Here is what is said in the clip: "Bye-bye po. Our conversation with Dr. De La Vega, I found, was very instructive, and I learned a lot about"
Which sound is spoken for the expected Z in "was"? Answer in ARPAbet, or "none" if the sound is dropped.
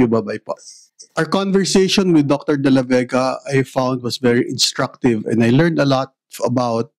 S